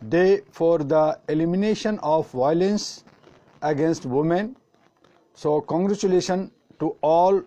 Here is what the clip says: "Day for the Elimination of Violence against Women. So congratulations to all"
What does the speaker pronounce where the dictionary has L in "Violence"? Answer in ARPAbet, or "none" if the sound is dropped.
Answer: L